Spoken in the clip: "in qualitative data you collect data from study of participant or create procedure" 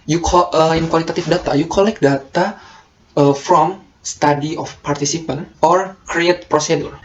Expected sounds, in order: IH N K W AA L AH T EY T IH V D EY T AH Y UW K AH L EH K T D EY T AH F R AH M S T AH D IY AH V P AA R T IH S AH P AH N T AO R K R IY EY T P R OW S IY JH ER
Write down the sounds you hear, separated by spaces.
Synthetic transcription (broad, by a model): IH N K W AA L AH T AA T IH F D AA T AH Y UW K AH L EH K D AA T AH F R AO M S T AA D IY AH F P AA R T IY S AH P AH N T AO R K R IY EY T P R OW S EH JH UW